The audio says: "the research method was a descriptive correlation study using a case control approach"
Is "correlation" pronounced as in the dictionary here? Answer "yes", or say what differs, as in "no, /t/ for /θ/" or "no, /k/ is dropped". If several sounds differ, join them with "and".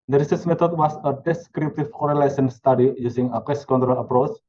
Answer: no, /s/ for /ʃ/